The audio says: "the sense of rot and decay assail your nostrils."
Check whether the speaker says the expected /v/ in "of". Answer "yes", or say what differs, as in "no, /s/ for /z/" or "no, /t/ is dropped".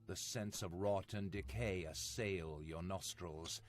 yes